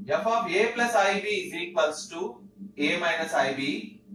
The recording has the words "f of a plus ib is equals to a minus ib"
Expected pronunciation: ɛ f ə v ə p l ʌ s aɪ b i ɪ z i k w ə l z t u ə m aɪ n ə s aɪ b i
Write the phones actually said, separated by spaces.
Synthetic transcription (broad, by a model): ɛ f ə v ə p l ʌ s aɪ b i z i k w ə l s t u ə m aɪ n ə s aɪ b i